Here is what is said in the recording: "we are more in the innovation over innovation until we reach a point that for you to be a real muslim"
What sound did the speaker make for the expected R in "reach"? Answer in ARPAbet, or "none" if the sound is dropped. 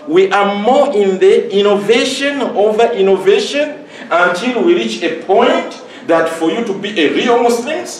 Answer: R